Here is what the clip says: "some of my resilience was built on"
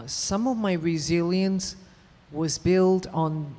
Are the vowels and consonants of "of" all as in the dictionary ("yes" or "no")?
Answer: yes